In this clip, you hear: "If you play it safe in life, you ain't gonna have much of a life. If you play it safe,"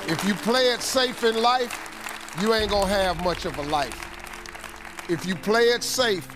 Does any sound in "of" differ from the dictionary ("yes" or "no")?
no